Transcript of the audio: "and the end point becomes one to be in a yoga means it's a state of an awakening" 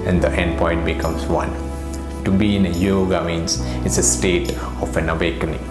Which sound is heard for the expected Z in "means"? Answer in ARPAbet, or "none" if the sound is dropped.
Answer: S